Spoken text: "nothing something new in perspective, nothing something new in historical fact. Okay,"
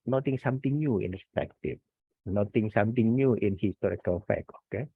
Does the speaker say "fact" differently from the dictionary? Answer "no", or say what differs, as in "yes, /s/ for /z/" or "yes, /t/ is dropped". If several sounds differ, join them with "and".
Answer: yes, /t/ is dropped